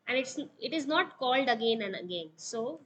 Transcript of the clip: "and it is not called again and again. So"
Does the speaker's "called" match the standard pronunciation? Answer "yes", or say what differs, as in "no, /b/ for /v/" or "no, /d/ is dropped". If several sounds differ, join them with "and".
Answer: yes